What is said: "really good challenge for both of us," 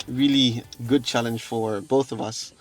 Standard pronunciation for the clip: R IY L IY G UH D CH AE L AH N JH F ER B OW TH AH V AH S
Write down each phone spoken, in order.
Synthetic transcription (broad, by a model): R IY L IY G UH D CH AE L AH N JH F ER B OW TH AH V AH S